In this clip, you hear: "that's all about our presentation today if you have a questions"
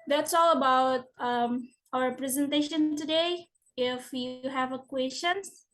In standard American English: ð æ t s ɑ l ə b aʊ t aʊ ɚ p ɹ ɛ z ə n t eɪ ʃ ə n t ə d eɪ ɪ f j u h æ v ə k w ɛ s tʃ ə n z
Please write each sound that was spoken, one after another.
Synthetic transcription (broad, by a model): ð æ t s ɑ l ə b aʊ t aʊ ɚ p ɹ ɛ z ə n t eɪ ʃ ə n t ə d eɪ ɪ f j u h æ v ə k w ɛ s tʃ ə n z